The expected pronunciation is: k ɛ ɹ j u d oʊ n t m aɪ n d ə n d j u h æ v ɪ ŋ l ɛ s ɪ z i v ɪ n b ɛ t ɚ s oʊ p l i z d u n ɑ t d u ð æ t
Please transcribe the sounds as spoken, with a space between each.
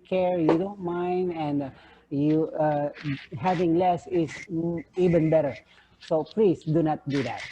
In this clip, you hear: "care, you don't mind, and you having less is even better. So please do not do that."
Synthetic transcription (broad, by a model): k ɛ ɹ j u d oʊ n t m aɪ n d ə n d j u h æ v ɪ ŋ l ɛ s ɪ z i v ɪ n b ɛ t ɚ s oʊ p l i s d u n ɑ t d u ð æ t